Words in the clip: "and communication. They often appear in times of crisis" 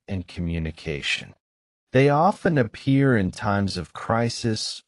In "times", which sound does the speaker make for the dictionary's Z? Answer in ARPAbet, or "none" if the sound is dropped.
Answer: Z